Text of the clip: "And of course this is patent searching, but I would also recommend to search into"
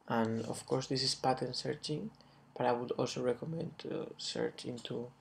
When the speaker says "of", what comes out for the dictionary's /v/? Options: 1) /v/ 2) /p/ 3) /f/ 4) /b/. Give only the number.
3